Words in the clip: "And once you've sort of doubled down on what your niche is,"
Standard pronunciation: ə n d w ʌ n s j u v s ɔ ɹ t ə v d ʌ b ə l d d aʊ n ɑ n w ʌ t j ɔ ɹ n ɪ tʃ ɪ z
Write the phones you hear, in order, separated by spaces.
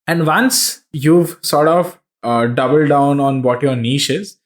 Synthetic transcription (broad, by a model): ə n d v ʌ n s j u v s ɔ ɹ t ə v d ʌ b ə l d d aʊ n ɑ n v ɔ t j ɔ ɹ n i ʃ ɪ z